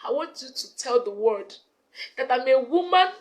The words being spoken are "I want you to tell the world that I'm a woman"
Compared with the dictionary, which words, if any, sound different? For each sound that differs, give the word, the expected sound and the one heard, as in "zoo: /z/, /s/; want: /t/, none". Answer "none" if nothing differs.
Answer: world: /l/, none